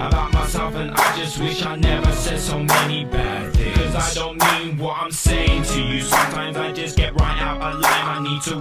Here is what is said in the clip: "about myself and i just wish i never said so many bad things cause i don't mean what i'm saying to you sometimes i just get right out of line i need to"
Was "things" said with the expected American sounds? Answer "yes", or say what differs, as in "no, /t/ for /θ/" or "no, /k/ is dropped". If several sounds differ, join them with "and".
no, /z/ is dropped